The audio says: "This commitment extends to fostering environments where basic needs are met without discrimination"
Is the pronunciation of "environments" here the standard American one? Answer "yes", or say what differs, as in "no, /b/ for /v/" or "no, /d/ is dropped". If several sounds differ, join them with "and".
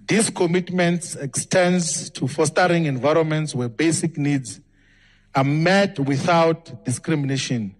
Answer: yes